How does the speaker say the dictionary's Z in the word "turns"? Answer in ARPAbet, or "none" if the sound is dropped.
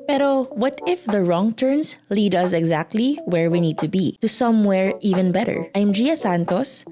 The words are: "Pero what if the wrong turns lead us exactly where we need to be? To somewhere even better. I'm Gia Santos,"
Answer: S